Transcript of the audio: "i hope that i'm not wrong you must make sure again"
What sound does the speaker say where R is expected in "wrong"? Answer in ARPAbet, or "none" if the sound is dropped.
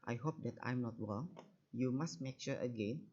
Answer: W